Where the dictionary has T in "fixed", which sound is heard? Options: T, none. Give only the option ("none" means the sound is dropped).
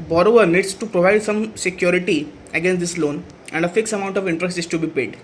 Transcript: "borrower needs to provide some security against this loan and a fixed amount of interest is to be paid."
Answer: none